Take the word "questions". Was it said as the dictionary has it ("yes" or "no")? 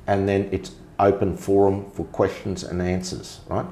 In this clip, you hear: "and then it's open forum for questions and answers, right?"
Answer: yes